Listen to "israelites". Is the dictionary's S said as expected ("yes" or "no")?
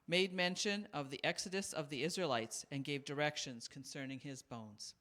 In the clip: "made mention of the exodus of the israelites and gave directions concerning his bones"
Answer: yes